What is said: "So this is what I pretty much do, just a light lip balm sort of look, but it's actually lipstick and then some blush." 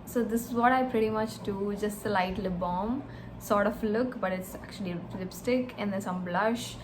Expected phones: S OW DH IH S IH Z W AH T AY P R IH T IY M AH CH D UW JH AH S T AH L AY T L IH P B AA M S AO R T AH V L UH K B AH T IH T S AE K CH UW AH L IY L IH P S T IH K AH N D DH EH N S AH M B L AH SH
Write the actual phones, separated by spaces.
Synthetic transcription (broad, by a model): S OW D IH S IH Z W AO T AY P R IH T IY M AH CH D UW JH AH S T AH L AY T L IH B AA M S AO R T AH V L UH K B AH T IH T S AE K CH UW AH L IY L IH P S T IH K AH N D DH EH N S AH M B L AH SH